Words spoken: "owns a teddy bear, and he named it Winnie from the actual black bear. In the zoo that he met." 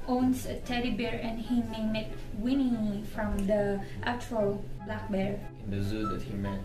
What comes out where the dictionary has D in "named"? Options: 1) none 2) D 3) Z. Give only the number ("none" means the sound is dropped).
1